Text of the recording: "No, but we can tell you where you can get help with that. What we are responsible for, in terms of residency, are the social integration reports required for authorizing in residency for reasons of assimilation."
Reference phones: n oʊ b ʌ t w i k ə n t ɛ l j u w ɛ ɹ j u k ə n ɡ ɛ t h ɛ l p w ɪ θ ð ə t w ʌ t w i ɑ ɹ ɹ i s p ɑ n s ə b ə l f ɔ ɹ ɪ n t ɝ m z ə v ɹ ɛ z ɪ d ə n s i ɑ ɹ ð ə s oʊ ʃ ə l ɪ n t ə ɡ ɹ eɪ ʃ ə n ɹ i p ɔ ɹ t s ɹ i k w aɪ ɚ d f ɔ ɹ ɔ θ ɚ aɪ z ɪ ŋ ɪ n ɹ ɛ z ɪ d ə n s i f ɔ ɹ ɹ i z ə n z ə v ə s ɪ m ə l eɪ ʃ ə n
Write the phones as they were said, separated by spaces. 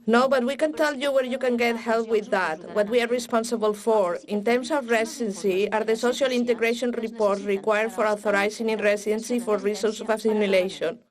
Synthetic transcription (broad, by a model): n oʊ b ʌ t w i k ə n t ɛ l j u w ɛ ɹ j u k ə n ɡ ɛ t h ɛ l p w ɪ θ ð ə t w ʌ t w i ɑ ɹ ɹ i s p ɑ n s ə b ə l f ɔ ɹ ɪ n t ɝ m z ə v ɹ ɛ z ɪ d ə n s i ɑ ɹ ð ə s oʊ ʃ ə l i n t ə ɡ ɹ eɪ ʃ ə n ɹ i p ɔ ɹ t ɹ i k w aɪ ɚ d f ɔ ɹ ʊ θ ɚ aɪ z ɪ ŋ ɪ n ɹ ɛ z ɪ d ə n s i f ɔ ɹ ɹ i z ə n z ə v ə s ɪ m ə l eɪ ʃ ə n